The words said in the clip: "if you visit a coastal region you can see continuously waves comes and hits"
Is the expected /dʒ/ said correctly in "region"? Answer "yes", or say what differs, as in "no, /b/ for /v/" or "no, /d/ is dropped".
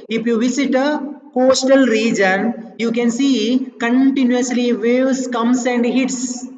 yes